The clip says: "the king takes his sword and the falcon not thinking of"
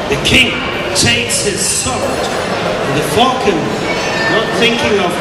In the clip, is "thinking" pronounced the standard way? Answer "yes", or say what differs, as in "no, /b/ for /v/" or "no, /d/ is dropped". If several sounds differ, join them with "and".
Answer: yes